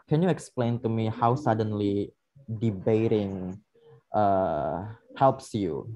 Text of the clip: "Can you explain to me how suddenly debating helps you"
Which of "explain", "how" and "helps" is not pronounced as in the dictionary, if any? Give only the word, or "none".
none